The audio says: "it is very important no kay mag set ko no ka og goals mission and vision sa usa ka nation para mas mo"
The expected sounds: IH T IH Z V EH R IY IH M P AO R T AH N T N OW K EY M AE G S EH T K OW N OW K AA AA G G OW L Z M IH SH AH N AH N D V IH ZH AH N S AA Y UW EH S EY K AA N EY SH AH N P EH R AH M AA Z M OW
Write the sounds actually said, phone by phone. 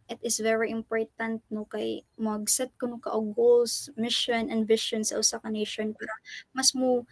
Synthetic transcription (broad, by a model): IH T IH S V EH R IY IH M P AO R T AH N T N OW K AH M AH G S EH T K OW N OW K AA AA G G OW L S M IH SH AH N AH N D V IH SH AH N S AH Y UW S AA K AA N EY SH AH N P EH R AH M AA S M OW